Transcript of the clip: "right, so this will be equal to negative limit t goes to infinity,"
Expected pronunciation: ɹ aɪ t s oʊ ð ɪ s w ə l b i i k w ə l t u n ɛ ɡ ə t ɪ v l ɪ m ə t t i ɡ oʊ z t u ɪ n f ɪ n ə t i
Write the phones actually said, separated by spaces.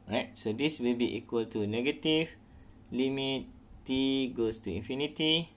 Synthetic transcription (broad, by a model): ɹ aɪ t s oʊ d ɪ s w ə l b i i k w ə l t u n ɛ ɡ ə t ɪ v l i m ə t t i ɡ oʊ s t u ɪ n f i n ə t i